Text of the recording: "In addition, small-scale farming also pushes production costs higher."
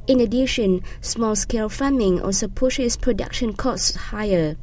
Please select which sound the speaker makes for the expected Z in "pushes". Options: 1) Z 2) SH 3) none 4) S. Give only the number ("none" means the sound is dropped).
4